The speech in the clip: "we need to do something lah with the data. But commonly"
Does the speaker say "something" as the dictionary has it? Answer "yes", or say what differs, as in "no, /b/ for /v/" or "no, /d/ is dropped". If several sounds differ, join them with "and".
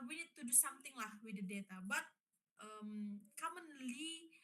no, /t/ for /θ/